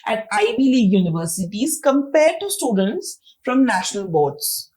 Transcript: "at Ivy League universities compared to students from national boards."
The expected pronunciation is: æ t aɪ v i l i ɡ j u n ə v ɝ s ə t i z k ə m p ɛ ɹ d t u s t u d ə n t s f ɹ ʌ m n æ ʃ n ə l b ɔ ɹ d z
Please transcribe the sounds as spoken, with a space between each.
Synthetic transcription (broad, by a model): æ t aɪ b i l i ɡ j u n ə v ɝ s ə t i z k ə m p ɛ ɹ d t u s t u d ə n t s f ɹ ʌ m n æ ʃ n ə l b ɔ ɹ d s